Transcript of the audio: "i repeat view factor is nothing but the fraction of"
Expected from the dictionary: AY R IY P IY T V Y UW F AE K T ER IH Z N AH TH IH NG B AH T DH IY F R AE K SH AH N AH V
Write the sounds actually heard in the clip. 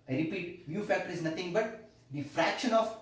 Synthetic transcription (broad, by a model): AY R IY P IY T V Y UW F AE K T ER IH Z N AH T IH NG B AH T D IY F R AE K SH AH N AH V